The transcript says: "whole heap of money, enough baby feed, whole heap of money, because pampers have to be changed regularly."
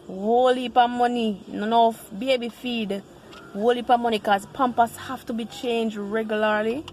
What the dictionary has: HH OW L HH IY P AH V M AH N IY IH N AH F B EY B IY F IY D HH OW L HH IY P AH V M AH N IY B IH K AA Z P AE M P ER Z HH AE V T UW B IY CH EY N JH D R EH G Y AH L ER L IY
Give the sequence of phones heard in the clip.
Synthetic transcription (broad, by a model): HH OW L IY P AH M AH N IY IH N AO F B EY B IY F IY D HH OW L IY P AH M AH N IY K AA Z P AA M P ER S HH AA F T UW B IY CH EY N JH D R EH G Y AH L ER L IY